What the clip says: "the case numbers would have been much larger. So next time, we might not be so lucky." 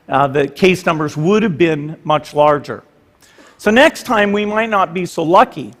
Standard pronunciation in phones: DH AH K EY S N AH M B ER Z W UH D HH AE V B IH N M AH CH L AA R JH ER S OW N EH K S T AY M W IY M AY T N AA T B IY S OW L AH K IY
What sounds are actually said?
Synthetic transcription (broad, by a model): DH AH K EY S N AH M B ER Z W UH D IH V B IH N M AH CH L AA R JH ER S OW N EH K S T AY M W IY M AY T N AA T B IY S OW L AH K IY